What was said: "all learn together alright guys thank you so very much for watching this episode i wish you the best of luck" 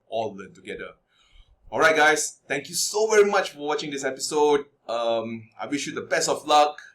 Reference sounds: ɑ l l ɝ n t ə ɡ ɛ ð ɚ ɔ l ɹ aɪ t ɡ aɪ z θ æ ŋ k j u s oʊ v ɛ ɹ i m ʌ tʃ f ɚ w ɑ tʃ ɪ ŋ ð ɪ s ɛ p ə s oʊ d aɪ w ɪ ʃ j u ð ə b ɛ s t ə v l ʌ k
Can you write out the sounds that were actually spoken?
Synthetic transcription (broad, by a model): ɑ l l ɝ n t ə ɡ ɛ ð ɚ ɔ l ɹ aɪ t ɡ aɪ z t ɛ ŋ k j u s oʊ v ɛ ɹ i m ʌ tʃ f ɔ w ɑ tʃ ɪ ŋ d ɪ s ɛ p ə s oʊ d aɪ w ɪ ʃ j u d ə b ɛ s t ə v l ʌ k